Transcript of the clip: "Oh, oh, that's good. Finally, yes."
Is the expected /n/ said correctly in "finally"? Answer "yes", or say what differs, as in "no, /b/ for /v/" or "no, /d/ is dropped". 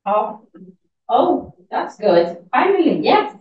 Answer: no, /n/ is dropped